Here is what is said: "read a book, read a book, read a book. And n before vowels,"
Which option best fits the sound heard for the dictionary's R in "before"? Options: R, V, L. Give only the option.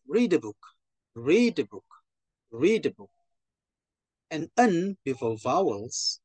L